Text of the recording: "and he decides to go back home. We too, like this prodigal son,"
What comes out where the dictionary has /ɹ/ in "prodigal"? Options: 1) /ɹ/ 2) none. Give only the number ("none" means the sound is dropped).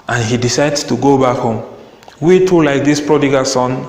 1